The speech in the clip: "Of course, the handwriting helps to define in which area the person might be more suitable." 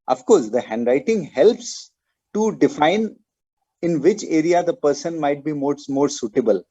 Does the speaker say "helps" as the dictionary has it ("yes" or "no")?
yes